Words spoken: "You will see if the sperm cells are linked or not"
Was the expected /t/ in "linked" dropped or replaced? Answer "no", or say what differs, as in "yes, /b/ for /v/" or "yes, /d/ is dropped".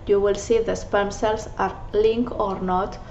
yes, /t/ is dropped